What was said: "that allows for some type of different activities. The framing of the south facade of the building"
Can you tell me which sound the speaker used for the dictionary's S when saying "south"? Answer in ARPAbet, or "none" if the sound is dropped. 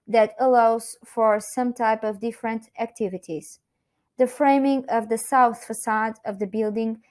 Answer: S